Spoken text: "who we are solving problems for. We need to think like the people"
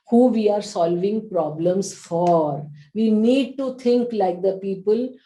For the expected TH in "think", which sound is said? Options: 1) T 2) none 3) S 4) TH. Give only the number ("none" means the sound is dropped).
1